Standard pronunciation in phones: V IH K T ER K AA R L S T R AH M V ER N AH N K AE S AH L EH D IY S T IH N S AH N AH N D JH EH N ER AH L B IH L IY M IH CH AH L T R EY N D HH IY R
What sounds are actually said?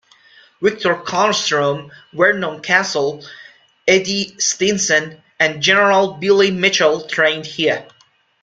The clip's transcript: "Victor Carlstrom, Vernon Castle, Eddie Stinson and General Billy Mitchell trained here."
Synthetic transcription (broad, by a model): W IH K T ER K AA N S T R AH M W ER N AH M K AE S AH L EH D IY S T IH N S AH N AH N JH EH N ER AH L B IH L IY M IH CH AH L T R EY N D HH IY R